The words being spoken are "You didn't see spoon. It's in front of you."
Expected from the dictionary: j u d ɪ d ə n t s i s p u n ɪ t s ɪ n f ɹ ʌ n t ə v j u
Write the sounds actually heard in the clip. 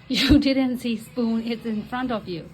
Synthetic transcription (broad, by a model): j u d ɪ d ə n t s i s p u n ɪ t s ɪ n f ɹ ʌ n t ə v j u